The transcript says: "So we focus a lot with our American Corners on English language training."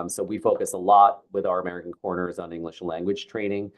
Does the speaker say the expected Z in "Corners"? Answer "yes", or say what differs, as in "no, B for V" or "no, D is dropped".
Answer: yes